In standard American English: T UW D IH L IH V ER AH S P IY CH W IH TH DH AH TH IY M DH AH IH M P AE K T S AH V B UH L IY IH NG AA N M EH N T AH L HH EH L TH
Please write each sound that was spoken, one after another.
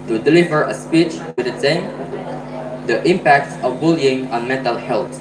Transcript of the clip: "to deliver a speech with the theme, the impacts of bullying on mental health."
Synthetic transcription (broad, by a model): T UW D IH L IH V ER AH S P IY CH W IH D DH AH S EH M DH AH IH M P AE K T S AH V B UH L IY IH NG AA N M EH N T AH L HH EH L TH